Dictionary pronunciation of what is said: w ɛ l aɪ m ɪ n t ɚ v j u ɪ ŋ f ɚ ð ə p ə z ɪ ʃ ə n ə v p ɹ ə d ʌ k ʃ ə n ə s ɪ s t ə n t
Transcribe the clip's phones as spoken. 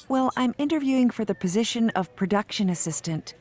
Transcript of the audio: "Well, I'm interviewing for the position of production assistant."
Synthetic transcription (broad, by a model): w ɛ l aɪ m ɪ n t ɚ v j u ɪ ŋ f ɚ ð ə p ə z ɪ ʃ ə n ə v p ɹ ə d ʌ k ʃ ə n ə s ɪ s t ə n t